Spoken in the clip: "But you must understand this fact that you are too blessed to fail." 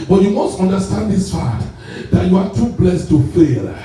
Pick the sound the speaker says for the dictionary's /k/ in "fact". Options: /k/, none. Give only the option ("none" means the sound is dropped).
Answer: none